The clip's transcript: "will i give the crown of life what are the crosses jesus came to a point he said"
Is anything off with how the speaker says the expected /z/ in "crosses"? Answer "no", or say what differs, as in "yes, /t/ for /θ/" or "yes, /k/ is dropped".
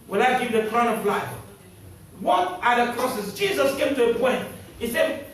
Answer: yes, /s/ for /z/